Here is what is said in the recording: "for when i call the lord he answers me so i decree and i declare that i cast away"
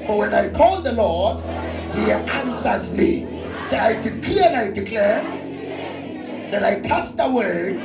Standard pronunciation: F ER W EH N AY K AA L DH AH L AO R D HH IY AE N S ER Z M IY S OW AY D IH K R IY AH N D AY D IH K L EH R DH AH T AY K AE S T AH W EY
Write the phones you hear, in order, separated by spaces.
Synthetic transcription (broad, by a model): F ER W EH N AY K AA L DH AH L AO R D HH IY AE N S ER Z M IY S OW AY D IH K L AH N AY D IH K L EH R DH AH T AY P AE S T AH W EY